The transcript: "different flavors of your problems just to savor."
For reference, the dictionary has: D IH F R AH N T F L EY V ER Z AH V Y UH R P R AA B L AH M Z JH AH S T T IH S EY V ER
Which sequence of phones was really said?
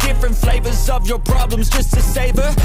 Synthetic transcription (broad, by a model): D IH F R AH N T F L EY V ER Z AH V Y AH R P R AA B L AH M Z JH AH S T T IH S EY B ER